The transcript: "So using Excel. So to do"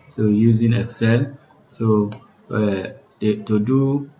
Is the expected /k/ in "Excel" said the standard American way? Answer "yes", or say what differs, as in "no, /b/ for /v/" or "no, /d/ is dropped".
yes